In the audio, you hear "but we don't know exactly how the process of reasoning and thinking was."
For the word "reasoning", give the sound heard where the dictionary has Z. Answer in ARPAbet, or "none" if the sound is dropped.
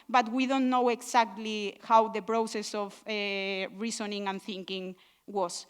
S